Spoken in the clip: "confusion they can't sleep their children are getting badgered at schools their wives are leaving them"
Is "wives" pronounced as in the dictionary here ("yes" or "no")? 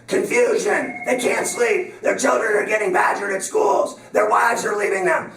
yes